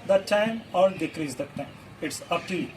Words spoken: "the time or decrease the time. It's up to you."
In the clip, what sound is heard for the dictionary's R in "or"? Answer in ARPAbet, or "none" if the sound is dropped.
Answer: L